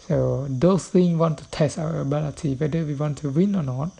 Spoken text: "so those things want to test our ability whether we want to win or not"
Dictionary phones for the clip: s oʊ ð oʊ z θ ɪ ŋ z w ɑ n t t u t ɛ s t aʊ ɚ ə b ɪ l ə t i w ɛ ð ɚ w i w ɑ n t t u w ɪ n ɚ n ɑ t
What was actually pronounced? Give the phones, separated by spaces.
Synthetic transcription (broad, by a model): s oʊ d oʊ s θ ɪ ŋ w ɑ n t t u t ɛ s t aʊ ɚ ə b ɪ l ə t i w ɛ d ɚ w i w ɑ n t t u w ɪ n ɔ n ɑ t